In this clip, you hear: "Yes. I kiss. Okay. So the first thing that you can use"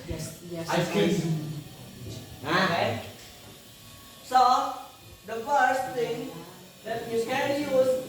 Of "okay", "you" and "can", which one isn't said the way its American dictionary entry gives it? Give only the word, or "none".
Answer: okay